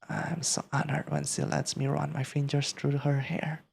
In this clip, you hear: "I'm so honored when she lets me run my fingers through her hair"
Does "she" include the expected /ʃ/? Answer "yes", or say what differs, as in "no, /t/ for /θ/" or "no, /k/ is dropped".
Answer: no, /s/ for /ʃ/